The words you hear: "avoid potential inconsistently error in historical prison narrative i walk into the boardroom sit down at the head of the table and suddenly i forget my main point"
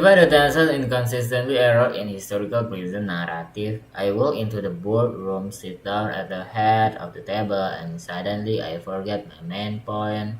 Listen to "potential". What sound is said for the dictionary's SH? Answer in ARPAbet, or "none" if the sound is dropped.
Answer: S